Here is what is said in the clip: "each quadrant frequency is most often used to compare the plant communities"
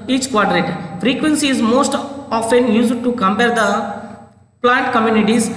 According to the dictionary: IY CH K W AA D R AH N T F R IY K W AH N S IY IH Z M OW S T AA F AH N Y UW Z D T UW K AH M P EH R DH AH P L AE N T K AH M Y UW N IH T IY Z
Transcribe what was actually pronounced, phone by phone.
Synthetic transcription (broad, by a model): IY CH K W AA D R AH T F R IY K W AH N S IY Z M OW S T AA F AH N Y UW Z D T UW K AH M P EH R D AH P L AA N T K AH M Y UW N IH T IY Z